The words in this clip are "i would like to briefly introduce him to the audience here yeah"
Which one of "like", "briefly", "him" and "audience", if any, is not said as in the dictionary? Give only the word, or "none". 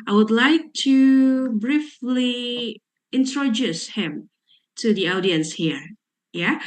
none